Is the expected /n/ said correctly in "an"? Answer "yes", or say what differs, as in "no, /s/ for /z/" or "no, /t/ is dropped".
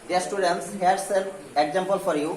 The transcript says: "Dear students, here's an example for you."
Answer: no, /l/ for /n/